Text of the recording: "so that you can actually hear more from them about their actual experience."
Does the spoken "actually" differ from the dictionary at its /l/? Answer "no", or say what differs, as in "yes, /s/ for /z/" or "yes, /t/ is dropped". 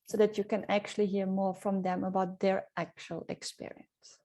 no